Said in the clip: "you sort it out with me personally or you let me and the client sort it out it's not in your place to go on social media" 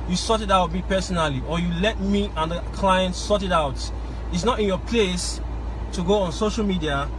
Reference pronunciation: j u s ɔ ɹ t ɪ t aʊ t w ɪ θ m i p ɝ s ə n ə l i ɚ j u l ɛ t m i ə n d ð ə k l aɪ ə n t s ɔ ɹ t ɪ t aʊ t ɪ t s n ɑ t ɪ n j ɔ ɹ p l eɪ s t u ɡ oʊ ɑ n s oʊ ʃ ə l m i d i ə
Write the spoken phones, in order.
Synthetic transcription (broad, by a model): j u s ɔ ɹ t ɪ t aʊ t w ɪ m i p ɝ s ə n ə l i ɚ j u l ɛ t m i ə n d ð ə k l aɪ ə n t s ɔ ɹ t ɪ t aʊ t ɪ t s n ɑ t ɪ n j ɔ p l eɪ s t u ɡ oʊ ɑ n s oʊ ʃ ə l m i d i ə